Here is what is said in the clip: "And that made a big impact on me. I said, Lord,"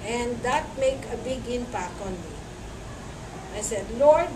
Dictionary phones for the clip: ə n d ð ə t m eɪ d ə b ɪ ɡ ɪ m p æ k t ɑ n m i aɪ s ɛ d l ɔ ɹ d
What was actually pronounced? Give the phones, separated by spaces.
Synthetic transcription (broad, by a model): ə n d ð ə t m eɪ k ə b ɪ ɡ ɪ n p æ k ɑ n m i aɪ s ɛ d l ɔ ɹ d